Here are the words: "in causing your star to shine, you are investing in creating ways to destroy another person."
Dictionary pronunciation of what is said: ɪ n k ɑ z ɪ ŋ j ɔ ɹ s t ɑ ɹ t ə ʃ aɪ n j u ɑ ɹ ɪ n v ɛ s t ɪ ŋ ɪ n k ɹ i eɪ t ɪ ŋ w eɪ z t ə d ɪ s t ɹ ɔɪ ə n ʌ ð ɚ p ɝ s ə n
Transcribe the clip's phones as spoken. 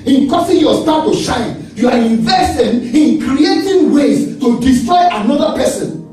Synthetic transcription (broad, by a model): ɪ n k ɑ s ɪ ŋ j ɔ s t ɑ t ə ʃ aɪ n j u ɑ ɹ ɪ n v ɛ s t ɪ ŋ ɪ n k ɹ i eɪ t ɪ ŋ w eɪ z t ə d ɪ s t ɹ ɔɪ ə n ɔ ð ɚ p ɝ s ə n